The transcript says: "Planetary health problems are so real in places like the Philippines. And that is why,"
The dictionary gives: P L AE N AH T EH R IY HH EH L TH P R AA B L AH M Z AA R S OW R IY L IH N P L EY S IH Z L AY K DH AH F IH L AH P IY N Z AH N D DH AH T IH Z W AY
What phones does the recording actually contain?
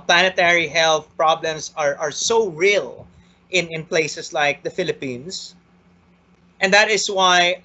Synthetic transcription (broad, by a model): P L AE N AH T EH R IY HH EH L TH P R AA B L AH M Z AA R S OW R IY L IH N P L EY S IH S L AY K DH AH F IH L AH P IY N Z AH N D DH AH T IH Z W AY